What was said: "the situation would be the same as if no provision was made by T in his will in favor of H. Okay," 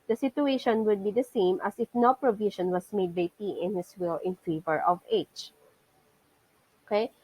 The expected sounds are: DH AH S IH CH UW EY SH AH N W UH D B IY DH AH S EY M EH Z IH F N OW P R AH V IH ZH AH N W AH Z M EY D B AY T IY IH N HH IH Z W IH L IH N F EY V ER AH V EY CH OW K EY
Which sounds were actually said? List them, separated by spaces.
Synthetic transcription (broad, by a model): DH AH S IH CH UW EY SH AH N W UH D B IY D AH S EY M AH S IH F N OW P R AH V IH SH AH N W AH S M EY D B AY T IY IH N HH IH S W IH L IH N F EY V ER AH V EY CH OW K EY